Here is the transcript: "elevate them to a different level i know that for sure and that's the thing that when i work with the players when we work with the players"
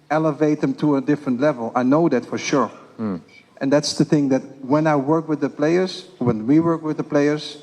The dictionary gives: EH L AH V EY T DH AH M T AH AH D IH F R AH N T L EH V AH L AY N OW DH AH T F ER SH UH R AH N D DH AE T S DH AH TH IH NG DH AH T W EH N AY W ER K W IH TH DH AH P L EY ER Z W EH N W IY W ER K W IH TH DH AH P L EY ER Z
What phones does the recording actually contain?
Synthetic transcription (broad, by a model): EH L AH V EY T DH AH M T AH AH D IH F R AH N T L EH V AH L AY N OW DH AH T F ER SH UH R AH N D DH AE T S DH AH TH IH NG DH AH T W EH N AY W ER K W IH DH AH P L EY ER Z W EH N W IY W ER K W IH DH AH P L EY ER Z